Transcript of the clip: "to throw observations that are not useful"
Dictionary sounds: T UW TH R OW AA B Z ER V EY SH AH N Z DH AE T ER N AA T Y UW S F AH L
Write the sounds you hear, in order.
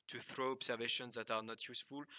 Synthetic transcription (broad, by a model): T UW TH R OW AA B S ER V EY SH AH N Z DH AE T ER N AA T Y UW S F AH L